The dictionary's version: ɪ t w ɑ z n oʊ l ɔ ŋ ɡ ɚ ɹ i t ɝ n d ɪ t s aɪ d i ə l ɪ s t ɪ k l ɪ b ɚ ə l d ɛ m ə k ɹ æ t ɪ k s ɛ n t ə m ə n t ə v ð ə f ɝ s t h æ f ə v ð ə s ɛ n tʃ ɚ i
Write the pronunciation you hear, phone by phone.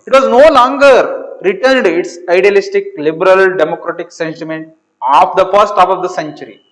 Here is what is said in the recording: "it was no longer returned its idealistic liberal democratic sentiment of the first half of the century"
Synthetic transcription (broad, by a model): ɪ t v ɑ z n oʊ l ɔ ŋ ɡ ɚ ɹ i t ɝ n d ɪ t s aɪ d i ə l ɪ s t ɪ k l ɪ b ɚ ə l d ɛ m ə k ɹ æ t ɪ k s ɛ n t ə m ə n t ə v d ə f ɝ s t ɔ p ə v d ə s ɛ n tʃ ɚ i